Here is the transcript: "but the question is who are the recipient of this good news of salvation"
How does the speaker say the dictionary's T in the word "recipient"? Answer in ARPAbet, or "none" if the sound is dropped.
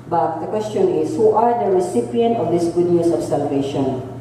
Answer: T